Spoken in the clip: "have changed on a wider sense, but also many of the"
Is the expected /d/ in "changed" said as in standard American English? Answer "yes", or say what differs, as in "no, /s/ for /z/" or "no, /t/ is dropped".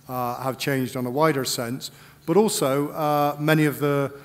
yes